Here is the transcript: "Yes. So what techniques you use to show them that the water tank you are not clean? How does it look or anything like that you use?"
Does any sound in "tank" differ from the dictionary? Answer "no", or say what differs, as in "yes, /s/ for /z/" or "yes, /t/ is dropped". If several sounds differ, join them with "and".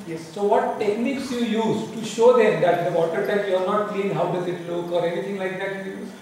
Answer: yes, /ŋ/ is dropped